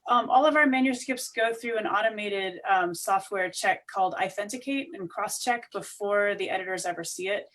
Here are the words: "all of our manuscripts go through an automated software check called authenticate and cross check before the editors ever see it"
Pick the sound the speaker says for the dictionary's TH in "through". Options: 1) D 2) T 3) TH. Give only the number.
3